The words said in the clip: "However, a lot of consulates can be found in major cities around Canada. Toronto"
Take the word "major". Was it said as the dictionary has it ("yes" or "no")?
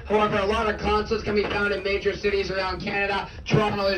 yes